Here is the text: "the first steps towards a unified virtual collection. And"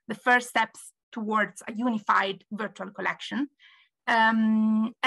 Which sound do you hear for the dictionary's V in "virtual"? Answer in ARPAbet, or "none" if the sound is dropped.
V